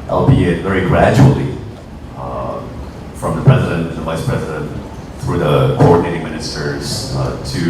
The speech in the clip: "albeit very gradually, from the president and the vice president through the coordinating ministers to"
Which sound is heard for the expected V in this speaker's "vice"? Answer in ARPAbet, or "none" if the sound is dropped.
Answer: V